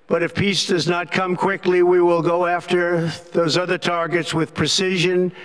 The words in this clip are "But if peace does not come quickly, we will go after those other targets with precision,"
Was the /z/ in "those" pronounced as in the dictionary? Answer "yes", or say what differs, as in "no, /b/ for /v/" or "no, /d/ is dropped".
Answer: yes